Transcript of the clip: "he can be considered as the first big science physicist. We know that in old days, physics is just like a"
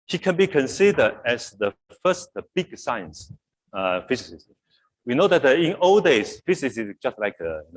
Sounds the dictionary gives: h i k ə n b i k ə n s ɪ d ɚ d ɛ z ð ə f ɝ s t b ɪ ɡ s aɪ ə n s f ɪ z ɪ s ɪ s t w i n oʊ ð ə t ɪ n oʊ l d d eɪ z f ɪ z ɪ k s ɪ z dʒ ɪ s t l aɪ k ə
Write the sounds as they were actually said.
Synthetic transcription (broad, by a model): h i k ə n b i k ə n s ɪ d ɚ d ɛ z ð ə f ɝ s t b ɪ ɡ s aɪ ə n s f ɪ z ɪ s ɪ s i w i n oʊ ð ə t ɪ n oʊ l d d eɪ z f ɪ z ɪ s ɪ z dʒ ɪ s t l aɪ k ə